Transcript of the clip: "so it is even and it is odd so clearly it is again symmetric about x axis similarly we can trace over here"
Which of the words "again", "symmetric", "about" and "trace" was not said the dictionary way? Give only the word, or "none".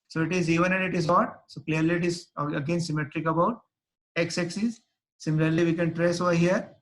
none